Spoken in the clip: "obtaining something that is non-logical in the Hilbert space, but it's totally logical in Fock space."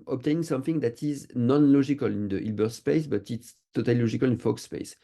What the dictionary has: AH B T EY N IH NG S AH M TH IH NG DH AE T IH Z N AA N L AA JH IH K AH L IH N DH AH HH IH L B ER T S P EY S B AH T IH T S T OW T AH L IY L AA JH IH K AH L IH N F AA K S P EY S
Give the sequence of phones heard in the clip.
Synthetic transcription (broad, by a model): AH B T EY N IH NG S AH M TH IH NG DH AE T IH Z N AA N L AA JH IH K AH L IH N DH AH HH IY L B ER S P EY S B AH T IH T S T OW T AH L IY L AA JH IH K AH L IH N F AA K S P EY S